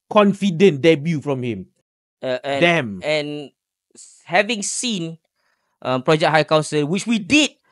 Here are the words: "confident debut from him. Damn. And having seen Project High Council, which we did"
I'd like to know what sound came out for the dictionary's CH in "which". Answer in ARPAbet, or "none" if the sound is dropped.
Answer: CH